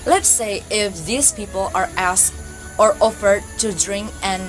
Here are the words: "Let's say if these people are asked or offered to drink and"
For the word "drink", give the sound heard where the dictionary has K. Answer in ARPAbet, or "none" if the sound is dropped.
K